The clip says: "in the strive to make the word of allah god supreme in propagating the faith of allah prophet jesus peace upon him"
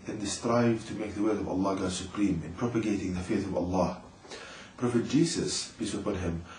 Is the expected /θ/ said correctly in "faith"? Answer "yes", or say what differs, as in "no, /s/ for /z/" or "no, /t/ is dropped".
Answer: yes